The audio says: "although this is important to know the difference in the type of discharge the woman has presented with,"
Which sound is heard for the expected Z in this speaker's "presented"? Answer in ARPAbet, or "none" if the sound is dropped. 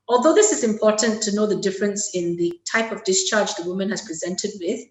Z